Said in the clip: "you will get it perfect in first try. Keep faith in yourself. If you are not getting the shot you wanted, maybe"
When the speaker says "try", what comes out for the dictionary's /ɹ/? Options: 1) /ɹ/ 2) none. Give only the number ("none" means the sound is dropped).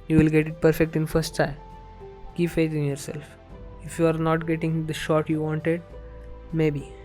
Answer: 2